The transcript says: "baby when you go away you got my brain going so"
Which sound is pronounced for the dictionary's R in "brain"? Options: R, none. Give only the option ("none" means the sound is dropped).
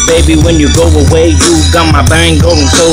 none